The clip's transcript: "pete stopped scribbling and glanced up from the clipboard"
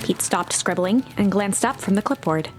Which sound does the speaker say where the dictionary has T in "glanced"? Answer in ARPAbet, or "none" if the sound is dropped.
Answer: T